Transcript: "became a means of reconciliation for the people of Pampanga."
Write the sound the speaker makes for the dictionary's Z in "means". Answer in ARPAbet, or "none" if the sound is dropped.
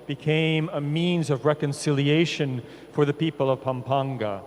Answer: Z